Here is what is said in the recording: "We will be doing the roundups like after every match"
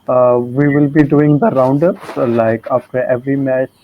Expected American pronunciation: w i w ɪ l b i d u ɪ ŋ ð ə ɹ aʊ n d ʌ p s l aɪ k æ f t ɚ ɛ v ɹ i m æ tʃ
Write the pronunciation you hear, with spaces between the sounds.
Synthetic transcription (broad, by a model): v i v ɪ l b i d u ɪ ŋ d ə ɹ aʊ n d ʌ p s l aɪ k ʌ p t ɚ ɛ v ɹ i m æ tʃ